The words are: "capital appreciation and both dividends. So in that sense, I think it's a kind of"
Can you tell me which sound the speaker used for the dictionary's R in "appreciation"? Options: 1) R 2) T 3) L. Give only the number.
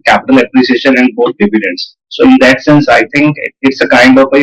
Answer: 3